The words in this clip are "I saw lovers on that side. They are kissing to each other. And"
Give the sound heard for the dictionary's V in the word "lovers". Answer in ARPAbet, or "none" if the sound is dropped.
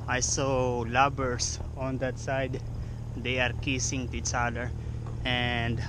B